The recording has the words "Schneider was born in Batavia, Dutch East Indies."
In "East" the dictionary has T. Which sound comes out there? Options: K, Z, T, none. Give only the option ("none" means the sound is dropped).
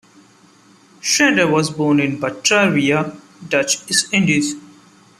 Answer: none